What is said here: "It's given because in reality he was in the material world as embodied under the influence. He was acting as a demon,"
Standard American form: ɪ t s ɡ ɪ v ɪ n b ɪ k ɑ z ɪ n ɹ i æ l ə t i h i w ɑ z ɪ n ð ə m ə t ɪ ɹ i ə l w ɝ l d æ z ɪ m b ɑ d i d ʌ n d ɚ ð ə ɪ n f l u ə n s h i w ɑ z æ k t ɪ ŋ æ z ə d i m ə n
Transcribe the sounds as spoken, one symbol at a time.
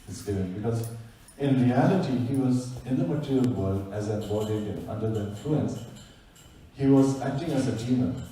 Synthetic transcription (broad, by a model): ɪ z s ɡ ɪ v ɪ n b ɪ k ɑ z ɪ n ɹ i æ l ə t i h i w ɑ z ɪ n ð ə m ə t ɪ ɹ i ə l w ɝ l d æ z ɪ b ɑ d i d ʌ n d ɚ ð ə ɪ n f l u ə n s h i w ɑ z æ k t ɪ ŋ æ z ə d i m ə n